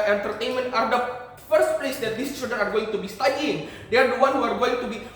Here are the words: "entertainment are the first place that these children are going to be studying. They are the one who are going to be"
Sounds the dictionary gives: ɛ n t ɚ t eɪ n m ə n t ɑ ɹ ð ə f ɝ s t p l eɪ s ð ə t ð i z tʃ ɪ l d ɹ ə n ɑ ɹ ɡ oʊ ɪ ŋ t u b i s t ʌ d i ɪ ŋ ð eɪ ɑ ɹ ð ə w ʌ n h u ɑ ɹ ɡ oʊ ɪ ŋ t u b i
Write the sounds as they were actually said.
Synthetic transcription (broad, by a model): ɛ n t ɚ t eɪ n m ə n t ɑ ɹ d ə f ɝ s t p l eɪ s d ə t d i s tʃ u d ə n ɑ ɹ ɡ oʊ ɪ ŋ t u b i s t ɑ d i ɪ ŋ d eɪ ɑ ɹ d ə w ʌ n h u ɑ ɹ ɡ oʊ ɪ ŋ t u b i